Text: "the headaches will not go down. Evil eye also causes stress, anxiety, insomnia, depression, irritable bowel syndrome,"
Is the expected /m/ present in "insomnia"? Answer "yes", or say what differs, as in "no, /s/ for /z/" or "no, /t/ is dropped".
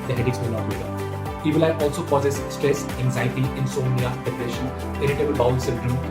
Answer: no, /m/ is dropped